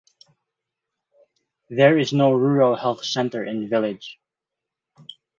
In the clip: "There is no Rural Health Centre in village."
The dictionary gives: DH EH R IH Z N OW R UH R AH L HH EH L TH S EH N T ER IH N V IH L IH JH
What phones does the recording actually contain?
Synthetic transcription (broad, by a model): DH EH R IH Z N OW R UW R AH L HH EH L TH S EH N T ER IH N V IH L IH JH